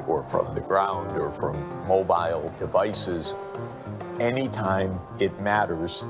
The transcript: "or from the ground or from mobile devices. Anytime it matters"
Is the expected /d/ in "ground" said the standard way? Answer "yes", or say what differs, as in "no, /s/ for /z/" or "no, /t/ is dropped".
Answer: yes